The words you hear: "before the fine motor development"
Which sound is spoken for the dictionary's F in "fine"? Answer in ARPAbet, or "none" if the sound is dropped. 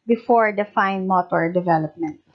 F